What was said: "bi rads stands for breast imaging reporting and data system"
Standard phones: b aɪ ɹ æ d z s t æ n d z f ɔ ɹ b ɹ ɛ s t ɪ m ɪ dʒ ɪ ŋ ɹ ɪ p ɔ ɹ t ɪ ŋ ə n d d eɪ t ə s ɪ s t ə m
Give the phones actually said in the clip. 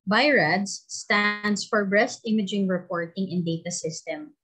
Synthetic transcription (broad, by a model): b aɪ ɹ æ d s t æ n d s f ɔ ɹ b ɹ ɛ s t ɪ m ɪ dʒ ɪ ŋ ɹ ɪ p ɔ ɹ t ɪ ŋ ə n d d eɪ t ə s ɪ s t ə m